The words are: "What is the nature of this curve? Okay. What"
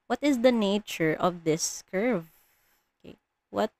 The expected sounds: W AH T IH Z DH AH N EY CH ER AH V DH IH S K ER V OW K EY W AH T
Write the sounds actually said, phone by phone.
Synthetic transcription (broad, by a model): W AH T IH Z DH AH N EY CH ER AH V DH IH S K ER V OW K EY W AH T